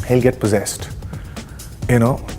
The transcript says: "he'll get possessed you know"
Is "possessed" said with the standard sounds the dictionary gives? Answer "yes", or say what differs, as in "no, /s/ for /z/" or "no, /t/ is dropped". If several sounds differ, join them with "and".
yes